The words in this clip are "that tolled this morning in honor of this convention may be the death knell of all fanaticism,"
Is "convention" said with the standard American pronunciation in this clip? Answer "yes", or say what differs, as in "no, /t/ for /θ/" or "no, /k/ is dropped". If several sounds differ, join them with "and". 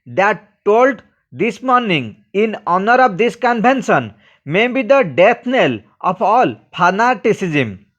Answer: no, /b/ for /v/ and /s/ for /ʃ/